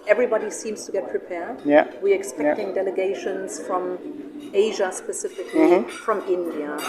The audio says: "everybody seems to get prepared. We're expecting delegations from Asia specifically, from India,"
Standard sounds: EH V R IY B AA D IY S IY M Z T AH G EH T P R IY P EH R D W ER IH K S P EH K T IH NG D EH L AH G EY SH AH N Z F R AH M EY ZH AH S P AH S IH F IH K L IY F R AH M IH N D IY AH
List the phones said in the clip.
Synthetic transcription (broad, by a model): EH V R IY B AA D IY S IY M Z T AH G EH T P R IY P EH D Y W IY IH K S P EH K T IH NG D EH L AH G EY SH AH N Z F R AH M EY ZH AH S P AH S IH F IH K L IY F R AH M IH N D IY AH